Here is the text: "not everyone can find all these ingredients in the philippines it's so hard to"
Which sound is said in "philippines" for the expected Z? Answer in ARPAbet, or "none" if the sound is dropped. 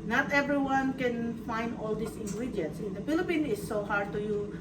none